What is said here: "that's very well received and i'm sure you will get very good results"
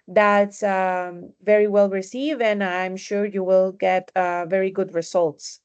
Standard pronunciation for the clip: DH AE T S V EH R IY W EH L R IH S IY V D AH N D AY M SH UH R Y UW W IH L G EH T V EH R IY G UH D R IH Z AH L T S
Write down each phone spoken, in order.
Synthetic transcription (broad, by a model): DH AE T S V EH R IY W EH L R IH S IY V AH N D AY M SH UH R Y UW W IH L G EH T V EH R IY G UH D R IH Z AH L T S